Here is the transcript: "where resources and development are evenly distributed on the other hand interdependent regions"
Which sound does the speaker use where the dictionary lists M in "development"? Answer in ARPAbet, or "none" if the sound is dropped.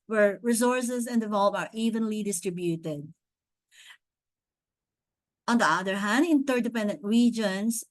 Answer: none